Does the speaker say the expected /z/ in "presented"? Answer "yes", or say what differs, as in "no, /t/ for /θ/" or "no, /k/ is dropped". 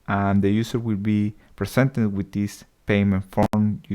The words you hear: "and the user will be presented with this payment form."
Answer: no, /s/ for /z/